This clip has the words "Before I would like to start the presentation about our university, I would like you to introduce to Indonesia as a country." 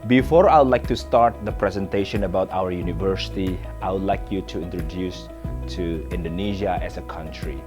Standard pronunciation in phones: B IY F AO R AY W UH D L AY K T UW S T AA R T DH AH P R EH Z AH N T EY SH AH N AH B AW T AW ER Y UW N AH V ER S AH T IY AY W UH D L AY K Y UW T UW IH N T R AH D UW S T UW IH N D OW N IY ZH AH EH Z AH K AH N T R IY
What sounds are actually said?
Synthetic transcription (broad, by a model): B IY F AO R AY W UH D L AY K T UW S T AA R T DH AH P R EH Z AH N T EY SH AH N AH B AW T AW ER Y UW N AH V ER S AH T IY AY W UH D L AY K Y UW T UW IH N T R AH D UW S T UW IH N D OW N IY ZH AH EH S AH K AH N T R IY